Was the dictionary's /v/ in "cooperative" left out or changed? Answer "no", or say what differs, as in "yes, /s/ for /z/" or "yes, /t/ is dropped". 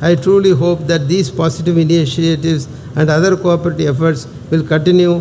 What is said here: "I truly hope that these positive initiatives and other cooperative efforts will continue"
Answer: yes, /v/ is dropped